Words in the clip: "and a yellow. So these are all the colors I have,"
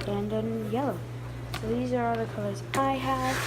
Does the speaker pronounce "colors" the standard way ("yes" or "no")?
yes